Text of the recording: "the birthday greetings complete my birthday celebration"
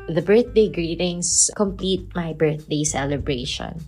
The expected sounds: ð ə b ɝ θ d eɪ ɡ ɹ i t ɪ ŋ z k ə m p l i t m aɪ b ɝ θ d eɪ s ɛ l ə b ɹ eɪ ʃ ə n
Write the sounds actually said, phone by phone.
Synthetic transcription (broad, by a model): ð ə b ɝ θ d eɪ ɡ ɹ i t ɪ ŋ s k ə m p l i t m aɪ b ɝ θ d eɪ s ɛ l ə b ɹ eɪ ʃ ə n